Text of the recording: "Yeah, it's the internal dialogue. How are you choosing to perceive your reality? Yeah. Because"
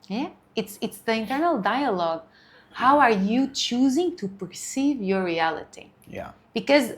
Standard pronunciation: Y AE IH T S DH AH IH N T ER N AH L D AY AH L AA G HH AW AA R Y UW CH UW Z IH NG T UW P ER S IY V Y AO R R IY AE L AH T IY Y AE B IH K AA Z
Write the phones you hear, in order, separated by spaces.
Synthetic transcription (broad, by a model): Y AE IH T S DH AH IH N T ER N AH L D AY AH L AA G HH AW AA R Y UW CH UW Z IH NG T UW P ER S IY V Y AO R R IY AE L AH T IY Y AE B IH K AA Z